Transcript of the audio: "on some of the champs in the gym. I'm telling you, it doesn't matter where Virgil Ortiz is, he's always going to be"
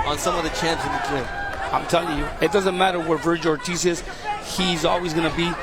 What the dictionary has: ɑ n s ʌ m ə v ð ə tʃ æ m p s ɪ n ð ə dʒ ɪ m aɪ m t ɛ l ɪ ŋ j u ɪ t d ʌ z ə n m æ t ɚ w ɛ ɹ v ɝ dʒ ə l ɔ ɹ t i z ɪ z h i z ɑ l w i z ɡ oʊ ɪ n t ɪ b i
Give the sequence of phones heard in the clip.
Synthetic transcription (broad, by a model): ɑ n s ʌ m ə v ð ə tʃ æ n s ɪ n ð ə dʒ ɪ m aɪ m t ɛ l ɪ ŋ j u ɪ t d ʌ z ə n m æ t ɚ w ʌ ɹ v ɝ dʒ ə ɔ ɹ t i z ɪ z h i z ɑ l w i z ɡ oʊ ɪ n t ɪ b i